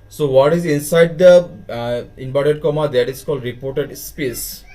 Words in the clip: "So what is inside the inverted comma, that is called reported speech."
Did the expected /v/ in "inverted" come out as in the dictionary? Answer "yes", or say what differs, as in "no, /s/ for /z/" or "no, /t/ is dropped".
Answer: no, /b/ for /v/